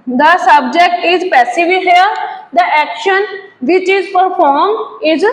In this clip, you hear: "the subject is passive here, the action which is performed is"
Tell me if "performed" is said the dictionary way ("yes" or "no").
no